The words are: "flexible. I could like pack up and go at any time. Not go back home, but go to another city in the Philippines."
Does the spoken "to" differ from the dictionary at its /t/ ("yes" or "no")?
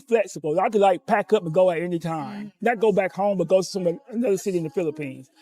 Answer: yes